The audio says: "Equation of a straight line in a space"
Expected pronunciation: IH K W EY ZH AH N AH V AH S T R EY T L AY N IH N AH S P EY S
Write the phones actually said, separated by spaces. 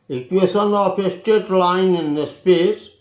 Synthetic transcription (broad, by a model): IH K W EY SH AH N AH P AH S T EY T L AY N IH N AH S P EY S